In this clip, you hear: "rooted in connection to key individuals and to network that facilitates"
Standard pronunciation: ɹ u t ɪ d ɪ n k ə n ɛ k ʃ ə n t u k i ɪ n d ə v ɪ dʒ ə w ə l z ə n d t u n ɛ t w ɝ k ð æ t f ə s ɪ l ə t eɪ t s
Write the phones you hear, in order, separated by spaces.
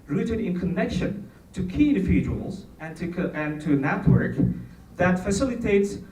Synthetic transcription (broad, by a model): ɹ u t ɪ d ɪ n k ə n ɛ k ʃ ə n t u k i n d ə f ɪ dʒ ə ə l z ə n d t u n ɛ t w ɝ k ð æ t f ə s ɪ l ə t eɪ t s